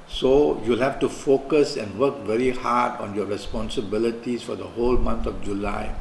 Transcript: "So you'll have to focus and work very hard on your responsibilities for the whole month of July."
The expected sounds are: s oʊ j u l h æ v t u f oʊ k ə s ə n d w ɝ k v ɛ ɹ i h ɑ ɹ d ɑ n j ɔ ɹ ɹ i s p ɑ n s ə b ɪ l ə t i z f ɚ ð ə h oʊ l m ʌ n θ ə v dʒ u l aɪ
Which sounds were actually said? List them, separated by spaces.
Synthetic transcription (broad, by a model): s oʊ j u l h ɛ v t u f oʊ k ə s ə n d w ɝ k v ɛ ɹ i h ɑ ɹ d ɑ n j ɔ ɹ ɹ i s p ɑ n s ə b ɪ l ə t i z f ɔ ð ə h oʊ l m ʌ n t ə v dʒ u l aɪ